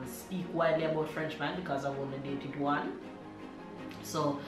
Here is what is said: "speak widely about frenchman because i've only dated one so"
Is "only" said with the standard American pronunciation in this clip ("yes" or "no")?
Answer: no